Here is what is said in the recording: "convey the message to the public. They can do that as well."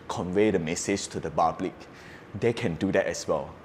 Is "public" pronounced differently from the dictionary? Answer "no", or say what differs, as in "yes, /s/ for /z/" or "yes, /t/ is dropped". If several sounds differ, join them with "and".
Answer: yes, /b/ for /p/